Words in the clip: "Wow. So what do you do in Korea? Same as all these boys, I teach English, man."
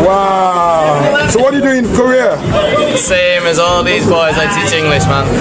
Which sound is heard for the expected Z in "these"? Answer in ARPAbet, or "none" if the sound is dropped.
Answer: Z